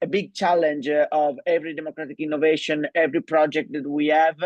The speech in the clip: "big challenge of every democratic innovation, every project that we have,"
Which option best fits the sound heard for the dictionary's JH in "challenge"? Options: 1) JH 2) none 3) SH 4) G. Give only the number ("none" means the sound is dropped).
1